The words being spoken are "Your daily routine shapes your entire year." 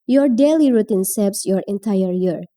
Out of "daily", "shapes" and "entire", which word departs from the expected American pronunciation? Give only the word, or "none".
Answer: shapes